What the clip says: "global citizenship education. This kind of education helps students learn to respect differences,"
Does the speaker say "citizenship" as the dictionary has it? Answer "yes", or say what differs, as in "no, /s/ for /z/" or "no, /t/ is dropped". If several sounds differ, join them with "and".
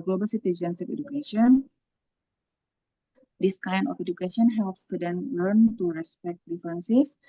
no, /s/ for /ʃ/